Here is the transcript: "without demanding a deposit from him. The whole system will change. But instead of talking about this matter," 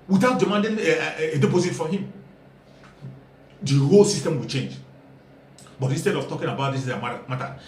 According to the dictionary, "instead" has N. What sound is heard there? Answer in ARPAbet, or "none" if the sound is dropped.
N